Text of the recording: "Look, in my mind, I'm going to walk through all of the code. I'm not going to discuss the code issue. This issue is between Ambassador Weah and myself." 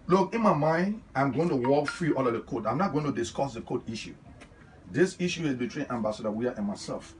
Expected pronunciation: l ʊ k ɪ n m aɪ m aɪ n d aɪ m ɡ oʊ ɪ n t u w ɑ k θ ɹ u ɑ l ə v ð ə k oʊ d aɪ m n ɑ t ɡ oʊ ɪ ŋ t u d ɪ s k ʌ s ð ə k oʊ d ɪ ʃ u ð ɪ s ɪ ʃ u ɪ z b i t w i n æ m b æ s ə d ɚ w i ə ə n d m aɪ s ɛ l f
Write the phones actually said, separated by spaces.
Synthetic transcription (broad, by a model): l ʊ k ɪ n m aɪ m aɪ n d aɪ m ɡ oʊ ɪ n t u w ɑ k f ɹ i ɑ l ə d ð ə k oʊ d aɪ m n ɑ t ɡ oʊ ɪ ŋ t u d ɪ s k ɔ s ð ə k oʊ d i ʃ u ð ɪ s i ʃ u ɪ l b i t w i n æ m b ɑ s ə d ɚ w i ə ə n m aɪ s ɛ l f